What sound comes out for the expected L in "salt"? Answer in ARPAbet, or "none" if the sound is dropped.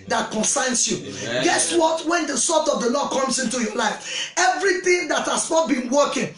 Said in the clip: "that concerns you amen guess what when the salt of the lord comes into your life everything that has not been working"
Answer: none